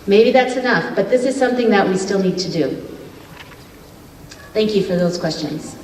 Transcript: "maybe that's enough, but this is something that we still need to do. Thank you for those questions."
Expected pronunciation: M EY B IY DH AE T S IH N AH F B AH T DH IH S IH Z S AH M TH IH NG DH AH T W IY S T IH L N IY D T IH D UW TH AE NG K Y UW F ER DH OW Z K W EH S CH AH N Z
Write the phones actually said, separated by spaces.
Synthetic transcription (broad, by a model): M EY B IY DH AE T S IH N AH F B AH T DH IH S IH Z S AH M TH IH NG DH AH T W IY S T IH L N IY D T IH D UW TH AE NG K Y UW F ER DH OW Z K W EH S CH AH N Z